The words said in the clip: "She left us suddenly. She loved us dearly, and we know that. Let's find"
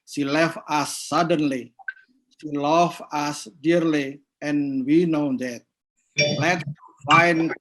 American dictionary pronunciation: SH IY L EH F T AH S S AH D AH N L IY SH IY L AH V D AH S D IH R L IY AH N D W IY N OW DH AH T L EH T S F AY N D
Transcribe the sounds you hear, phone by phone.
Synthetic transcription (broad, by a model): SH IY L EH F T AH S S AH D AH N L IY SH IY L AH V AH S D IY R L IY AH N W IY N OW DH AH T L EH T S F AY N